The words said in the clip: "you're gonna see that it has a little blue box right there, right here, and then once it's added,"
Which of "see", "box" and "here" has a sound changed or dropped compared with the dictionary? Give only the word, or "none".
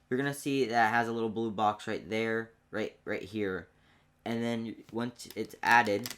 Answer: none